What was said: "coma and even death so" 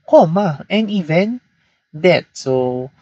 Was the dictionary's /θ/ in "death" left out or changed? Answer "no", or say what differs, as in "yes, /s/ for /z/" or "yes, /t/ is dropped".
yes, /t/ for /θ/